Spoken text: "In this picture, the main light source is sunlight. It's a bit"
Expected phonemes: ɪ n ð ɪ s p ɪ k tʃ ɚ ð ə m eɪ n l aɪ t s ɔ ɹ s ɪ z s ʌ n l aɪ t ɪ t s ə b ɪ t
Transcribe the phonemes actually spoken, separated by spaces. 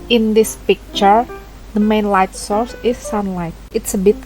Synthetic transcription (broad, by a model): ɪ n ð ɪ s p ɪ k tʃ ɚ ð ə m eɪ n l aɪ t s ɔ ɹ s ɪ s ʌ n l aɪ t ɪ t s ə b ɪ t